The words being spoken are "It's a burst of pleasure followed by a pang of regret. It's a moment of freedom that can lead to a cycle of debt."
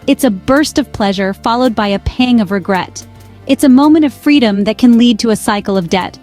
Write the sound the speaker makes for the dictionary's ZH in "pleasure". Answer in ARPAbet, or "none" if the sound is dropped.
ZH